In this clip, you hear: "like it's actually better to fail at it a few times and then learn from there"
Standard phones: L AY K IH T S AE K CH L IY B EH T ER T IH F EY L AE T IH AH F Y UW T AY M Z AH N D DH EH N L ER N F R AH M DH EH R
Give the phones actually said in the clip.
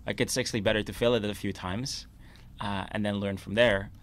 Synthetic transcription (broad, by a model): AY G IH T S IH K S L IY B EH T ER T IH F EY L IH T IH AH F Y UW T AY M Z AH N DH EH N L ER N F R AH M DH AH R